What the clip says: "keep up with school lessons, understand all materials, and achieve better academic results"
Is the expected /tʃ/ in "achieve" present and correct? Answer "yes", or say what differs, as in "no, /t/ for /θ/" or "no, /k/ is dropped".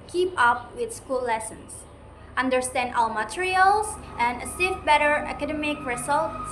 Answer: no, /s/ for /tʃ/